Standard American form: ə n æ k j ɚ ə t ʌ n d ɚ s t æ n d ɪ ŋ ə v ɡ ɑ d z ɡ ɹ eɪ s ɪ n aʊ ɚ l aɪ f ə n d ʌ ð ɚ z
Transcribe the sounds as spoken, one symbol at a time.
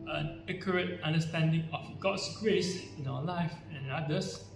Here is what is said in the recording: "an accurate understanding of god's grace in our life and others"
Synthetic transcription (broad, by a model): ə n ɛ k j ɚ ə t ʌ n d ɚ s t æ n d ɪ ŋ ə f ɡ ɑ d s ɡ ɹ eɪ s ɪ n aʊ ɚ l aɪ f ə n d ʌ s